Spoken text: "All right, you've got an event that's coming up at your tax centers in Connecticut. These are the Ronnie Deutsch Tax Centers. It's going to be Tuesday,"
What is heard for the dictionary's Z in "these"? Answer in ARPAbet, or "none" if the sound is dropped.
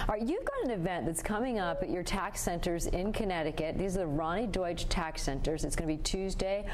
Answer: Z